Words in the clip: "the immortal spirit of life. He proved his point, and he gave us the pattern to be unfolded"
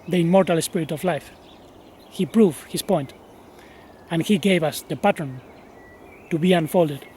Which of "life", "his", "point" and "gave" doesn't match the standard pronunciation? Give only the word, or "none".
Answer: his